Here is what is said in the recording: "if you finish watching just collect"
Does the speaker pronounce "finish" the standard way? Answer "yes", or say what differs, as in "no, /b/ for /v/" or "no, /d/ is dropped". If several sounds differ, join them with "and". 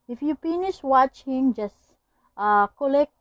no, /p/ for /f/